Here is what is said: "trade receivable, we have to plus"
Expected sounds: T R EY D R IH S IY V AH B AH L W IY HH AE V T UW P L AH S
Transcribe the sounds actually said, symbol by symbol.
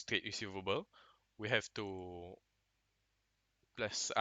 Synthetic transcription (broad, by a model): T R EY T R IH S IY V AH B AH L W IY HH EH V T UW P L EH S